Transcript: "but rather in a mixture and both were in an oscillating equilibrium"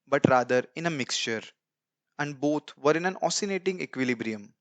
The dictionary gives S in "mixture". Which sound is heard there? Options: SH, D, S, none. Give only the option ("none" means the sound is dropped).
S